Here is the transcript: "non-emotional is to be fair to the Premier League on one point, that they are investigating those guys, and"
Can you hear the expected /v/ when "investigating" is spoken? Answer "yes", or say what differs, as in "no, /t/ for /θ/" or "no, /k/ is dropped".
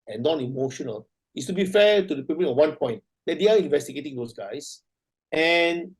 yes